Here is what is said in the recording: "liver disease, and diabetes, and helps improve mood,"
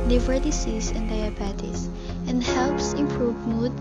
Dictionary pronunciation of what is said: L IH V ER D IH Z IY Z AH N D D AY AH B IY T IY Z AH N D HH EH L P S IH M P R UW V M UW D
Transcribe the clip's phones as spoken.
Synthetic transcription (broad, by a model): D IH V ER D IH S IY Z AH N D D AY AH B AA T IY S AH N D HH EH L P S IH M P R UW V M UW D